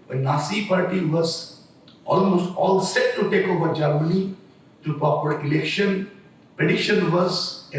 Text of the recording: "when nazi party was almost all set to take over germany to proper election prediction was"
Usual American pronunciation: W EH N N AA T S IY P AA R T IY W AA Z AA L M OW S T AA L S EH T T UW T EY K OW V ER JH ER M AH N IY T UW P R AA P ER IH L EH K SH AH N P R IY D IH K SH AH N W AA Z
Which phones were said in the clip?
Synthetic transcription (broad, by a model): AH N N AA S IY P AA R T IY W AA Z AA L M OW S T AA L S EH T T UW T EY K OW V ER JH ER M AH N IY T UW P R AA P ER IH L EH K SH AH N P IY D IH SH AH N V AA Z